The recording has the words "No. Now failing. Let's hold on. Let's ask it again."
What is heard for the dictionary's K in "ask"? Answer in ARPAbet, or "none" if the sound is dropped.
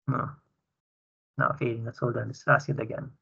none